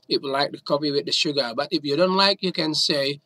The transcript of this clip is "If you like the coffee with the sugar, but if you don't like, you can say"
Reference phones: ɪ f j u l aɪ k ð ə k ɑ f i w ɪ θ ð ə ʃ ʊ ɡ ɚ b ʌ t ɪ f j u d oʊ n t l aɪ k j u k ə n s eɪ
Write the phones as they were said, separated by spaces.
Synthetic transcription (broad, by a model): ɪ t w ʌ l aɪ k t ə k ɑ p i w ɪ ð ə ʃ ʊ ɡ ɚ b ʌ t ɪ f j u d oʊ n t l aɪ k j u k ə n s eɪ